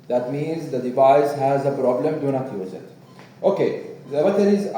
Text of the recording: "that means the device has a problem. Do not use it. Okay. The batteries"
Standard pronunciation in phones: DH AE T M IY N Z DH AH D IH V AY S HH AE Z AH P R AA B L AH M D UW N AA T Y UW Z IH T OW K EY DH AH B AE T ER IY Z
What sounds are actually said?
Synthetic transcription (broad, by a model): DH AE T M IY N Z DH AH D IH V AY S HH AE Z AH P R AA B L AH M D UW N AA T Y UW Z IH T OW K EY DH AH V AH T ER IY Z